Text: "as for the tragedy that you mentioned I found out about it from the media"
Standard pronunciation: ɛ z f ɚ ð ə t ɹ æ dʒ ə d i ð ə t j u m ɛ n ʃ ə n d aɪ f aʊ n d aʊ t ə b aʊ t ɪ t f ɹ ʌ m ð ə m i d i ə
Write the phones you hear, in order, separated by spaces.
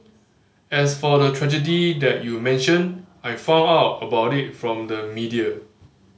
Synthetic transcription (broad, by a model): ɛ s f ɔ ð ə t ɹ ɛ dʒ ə d i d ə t j u m ɛ n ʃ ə n aɪ f aʊ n aʊ t ə b aʊ t ɪ t f ɹ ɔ m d ə m i d i ə